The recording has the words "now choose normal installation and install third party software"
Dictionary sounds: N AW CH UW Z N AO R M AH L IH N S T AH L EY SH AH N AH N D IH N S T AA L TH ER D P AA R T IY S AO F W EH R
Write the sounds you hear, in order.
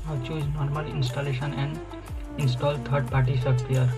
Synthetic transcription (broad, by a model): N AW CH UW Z N AO R M AH L IH N S T AH L EY SH AH N AH N D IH N S T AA L T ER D P AA R T IY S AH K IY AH R